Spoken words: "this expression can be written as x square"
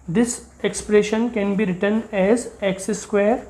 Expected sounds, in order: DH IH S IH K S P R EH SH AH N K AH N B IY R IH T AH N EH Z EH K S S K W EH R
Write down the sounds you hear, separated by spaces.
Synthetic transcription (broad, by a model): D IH S IH K S P R EH SH AH N K AH N B IY R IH T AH N EH Z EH K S S K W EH R